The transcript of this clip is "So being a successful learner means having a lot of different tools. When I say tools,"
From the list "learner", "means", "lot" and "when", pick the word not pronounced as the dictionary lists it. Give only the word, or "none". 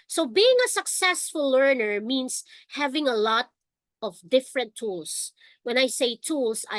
means